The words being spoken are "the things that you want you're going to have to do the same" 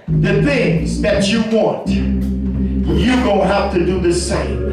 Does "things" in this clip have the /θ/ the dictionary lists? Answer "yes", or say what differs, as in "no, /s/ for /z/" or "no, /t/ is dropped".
yes